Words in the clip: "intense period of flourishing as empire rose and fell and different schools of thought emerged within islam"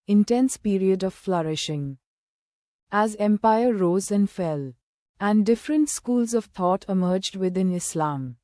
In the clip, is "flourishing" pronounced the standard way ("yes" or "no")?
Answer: yes